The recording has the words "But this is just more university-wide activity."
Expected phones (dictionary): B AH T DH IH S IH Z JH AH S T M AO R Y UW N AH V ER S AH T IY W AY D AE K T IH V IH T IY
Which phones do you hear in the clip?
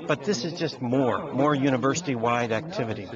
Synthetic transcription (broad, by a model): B AH T DH IH S IH Z JH AH S T M AO R Y UW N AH V ER S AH T IY W AY D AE K T IH V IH T IY